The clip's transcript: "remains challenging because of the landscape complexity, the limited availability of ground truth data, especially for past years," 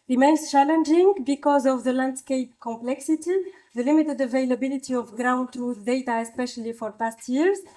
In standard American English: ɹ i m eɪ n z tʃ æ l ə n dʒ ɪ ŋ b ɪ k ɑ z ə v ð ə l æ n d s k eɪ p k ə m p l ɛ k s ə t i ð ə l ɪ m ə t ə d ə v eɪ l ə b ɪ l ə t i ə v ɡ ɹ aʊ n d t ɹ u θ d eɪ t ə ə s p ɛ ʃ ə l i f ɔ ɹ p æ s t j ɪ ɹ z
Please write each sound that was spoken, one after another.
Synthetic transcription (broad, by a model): ɹ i m eɪ n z tʃ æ l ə n dʒ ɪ ŋ b ɪ k ɑ z ə v ð ə l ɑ n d s k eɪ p k ə m p l ɛ k s ə t i ð ə l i m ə t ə d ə v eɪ l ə b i l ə t i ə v ɡ ɹ aʊ n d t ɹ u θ d eɪ t ə ə s p ɛ ʃ ə l i f ɔ ɹ p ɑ s t j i ɹ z